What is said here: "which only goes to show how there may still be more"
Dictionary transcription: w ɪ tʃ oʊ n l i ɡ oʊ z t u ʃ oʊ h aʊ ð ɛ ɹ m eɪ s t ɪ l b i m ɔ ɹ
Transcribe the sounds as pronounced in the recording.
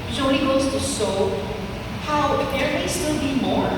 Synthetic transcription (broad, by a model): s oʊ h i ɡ oʊ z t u s oʊ h aʊ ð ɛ ɹ m eɪ s t ɪ l b i m ɔ ɹ